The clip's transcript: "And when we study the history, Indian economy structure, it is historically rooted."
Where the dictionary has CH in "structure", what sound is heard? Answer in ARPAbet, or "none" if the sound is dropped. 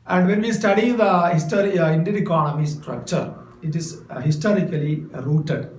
CH